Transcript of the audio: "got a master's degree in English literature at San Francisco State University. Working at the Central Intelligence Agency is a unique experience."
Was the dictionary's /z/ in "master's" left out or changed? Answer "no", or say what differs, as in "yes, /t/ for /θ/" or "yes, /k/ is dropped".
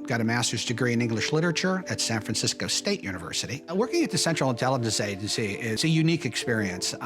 no